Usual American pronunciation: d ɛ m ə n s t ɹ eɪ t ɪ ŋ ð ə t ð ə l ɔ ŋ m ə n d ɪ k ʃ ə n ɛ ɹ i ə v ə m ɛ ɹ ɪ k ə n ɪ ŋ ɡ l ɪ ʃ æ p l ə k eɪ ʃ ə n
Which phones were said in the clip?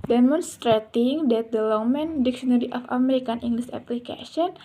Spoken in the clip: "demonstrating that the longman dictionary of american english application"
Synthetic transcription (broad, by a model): d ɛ m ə n s t ɹ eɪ t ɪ ŋ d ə t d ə l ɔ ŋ m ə n d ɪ k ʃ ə n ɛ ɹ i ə f ə m ɛ ɹ ɪ k ə n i ŋ ɡ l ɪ s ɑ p l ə k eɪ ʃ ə n